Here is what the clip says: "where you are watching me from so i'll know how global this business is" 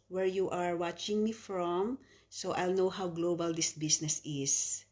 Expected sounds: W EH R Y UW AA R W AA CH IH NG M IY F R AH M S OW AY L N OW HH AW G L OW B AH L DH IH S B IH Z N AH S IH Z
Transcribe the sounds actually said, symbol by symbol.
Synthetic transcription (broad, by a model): W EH R Y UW AA R W AA CH IH NG M IY F R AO M S OW AY L N OW HH AW G L OW B AH L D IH S B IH S N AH S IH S